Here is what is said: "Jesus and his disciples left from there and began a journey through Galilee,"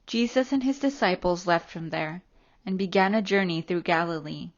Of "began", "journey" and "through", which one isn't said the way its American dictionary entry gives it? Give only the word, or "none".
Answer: none